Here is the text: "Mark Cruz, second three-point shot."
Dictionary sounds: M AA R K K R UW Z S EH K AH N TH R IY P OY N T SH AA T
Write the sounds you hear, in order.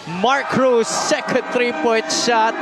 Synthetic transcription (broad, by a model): M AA R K K R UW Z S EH K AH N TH R IY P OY T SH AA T